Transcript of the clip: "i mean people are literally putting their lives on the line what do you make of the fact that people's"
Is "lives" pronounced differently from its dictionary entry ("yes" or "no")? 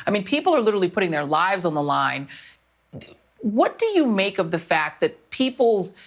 no